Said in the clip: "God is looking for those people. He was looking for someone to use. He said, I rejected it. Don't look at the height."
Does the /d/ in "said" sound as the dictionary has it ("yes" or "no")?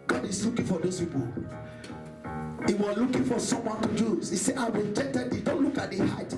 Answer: no